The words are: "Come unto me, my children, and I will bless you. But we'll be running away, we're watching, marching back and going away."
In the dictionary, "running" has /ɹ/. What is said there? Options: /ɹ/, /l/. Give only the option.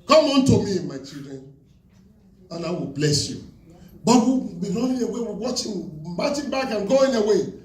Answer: /l/